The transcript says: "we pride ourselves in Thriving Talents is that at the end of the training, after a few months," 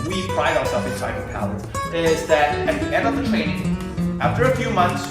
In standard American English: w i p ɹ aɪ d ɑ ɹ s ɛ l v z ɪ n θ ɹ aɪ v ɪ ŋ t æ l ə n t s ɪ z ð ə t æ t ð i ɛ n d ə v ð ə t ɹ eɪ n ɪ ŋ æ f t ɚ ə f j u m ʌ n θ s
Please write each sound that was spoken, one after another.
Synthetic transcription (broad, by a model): w i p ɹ aɪ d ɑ ɹ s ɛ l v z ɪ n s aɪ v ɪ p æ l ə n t ɪ z ð ə t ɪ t ð i ɛ n d ə v ð ə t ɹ eɪ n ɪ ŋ æ f t ɚ ə f j u m ʌ n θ s